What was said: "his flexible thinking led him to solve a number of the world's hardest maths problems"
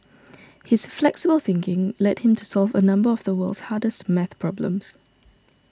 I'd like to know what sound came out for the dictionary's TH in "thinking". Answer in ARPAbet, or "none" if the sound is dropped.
TH